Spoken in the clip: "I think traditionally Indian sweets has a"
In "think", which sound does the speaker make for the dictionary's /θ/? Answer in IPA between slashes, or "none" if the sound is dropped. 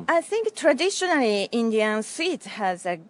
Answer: /θ/